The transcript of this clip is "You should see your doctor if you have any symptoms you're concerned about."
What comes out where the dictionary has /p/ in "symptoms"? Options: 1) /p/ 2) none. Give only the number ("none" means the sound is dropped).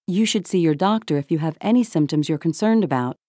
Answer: 1